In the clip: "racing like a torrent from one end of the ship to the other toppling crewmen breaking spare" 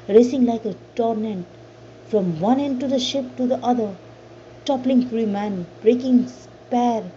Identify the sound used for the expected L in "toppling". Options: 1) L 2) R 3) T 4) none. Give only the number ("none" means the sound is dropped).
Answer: 1